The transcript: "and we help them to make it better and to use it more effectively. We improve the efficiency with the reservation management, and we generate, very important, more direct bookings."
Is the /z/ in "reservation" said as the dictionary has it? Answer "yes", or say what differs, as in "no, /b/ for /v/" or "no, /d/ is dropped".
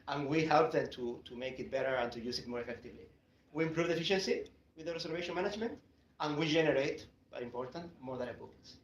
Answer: no, /s/ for /z/